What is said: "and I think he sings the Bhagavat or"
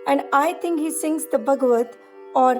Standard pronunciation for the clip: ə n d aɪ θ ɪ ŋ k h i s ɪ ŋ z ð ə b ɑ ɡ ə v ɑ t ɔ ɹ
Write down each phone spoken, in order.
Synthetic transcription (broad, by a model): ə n d aɪ t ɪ ŋ k h i s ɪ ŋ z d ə b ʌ ɡ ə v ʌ t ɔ ɹ